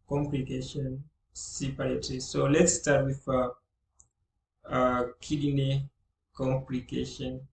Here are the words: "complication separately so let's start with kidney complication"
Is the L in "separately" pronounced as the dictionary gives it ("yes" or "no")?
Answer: no